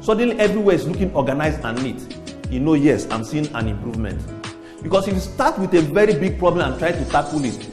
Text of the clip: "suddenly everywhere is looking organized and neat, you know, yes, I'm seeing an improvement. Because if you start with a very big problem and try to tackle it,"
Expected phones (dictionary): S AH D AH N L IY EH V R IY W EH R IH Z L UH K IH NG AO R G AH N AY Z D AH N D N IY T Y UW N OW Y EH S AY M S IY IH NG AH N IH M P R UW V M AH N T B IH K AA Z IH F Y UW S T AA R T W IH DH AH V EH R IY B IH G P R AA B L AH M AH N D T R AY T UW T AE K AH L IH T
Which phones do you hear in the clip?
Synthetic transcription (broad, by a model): S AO D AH N L IY EH V R IY W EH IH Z L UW K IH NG AO G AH N AY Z AH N N IY T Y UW N OW Y EH S AY M S IY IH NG AH N IH M P R UW V M AH N T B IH K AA S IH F S T AA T W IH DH AH V EH R IY B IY G P R AA B L AH M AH N T R AY T UW T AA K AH L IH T